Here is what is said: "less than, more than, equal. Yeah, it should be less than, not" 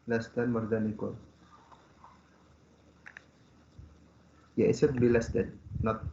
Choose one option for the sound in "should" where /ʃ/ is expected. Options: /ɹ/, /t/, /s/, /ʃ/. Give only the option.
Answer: /s/